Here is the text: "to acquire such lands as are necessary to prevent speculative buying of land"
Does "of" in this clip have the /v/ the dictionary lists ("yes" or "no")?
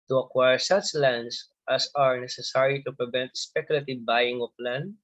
no